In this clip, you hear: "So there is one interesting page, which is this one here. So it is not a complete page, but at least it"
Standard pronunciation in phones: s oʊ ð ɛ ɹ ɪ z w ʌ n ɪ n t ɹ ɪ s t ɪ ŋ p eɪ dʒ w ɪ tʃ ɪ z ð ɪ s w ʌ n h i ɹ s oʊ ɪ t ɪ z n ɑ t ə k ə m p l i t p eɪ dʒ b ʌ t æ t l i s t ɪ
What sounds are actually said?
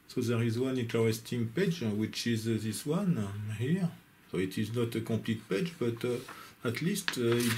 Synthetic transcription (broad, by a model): s oʊ ð ɛ ɹ ɪ z w ʌ n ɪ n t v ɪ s t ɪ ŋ p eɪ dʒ w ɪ tʃ ɪ z ð ɪ s w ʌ n h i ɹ s oʊ ɪ t ɪ z n ɑ t ə k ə p l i t p eɪ dʒ b ʌ t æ t l i s t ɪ